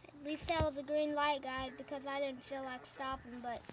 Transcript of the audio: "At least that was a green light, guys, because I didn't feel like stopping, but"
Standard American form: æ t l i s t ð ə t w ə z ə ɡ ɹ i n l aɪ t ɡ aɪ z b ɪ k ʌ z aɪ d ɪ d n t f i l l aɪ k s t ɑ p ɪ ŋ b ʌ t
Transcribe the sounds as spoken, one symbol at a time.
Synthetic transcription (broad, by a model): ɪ t l i s t ð ə t w ə z ə ɡ ɹ i n l aɪ t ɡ aɪ b ɪ k ʌ z aɪ d ɪ d n t f i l l aɪ k s t ɑ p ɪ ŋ b ʌ t